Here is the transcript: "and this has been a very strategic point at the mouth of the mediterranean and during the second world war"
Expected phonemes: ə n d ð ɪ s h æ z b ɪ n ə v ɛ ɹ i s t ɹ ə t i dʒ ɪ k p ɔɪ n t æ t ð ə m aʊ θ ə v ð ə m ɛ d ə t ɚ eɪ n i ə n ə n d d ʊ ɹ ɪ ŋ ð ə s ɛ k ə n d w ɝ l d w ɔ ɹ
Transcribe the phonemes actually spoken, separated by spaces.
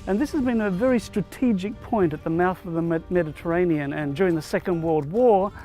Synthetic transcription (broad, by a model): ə n ð ɪ s h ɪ z b ɪ n ə v ɛ ɹ i s t ɹ ə t i dʒ ɪ k p ɔɪ n t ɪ t ð ə m aʊ θ ə v ð ə m ɛ d ə t ɚ eɪ n i ə n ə n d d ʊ ɹ ɪ ŋ ð ə s ɛ k ə n d w ɝ l d w ɔ ɹ